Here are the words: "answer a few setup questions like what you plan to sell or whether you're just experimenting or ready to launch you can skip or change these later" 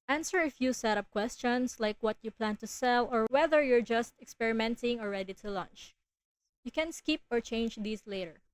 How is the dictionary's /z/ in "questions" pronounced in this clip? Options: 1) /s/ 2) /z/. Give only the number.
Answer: 1